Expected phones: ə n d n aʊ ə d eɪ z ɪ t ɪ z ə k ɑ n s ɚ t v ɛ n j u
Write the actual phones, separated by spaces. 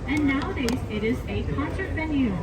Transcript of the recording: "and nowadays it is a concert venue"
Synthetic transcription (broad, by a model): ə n n aʊ ə d eɪ z ɪ t ɪ z ə k ɑ n s ɚ t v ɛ n j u